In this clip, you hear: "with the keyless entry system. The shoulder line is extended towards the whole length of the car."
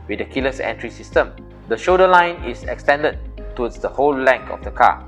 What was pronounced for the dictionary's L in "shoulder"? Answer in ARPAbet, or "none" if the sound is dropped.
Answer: none